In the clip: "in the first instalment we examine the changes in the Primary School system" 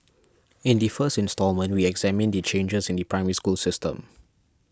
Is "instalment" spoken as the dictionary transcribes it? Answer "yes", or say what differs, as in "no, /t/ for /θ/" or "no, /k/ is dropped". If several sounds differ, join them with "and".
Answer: yes